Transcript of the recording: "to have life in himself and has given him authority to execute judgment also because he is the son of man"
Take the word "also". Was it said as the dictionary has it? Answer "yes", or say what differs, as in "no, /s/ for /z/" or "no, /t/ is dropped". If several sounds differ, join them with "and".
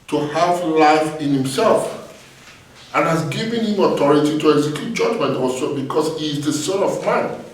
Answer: no, /l/ is dropped